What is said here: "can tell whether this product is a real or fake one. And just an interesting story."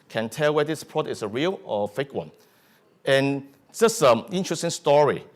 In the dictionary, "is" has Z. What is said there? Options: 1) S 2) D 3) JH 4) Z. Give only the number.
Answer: 1